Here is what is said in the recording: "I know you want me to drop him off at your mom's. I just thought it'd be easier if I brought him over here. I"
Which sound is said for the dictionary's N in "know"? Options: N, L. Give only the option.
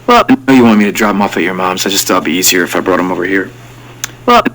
L